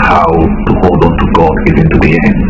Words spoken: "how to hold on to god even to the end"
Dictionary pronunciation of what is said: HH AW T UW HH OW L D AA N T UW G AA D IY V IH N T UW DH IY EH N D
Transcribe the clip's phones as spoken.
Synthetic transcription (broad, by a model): HH AW T UW HH OW L D AA N T UW G AA D IY V IH N T UW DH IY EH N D